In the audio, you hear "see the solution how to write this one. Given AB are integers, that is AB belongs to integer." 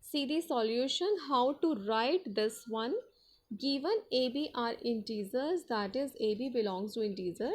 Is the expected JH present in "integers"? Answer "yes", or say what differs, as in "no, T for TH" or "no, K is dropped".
no, Z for JH